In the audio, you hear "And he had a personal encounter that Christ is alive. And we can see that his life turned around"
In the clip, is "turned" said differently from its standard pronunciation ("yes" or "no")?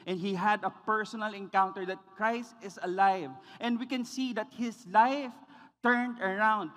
no